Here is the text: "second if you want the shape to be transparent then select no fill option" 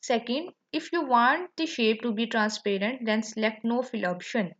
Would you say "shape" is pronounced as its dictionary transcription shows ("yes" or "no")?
yes